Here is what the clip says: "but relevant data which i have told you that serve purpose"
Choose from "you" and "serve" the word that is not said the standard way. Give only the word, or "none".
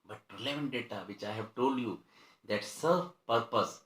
serve